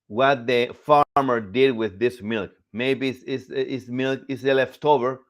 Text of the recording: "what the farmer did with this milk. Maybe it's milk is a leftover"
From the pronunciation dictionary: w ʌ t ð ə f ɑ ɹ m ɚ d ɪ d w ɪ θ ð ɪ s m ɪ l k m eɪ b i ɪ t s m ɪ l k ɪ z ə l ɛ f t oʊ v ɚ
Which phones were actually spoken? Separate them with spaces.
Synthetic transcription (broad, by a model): w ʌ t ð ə f ɑ ɹ m ɚ d ɪ d w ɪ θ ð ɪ s m ɪ l k m eɪ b i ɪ s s m ɪ l k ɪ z ə l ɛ f t oʊ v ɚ